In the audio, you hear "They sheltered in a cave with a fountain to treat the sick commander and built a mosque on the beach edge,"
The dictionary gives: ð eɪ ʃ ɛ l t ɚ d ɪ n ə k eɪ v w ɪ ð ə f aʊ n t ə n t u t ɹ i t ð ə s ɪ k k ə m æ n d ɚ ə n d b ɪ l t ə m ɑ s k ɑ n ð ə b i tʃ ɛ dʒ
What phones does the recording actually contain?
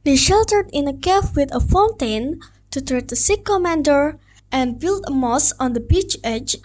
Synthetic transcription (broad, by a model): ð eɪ ʃ ɛ l t ɚ d ɪ n ə k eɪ f w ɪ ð ə f aʊ n t ə n t u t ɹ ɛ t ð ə s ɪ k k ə m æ n d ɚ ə n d b ɪ l t ə m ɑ s ɑ n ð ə b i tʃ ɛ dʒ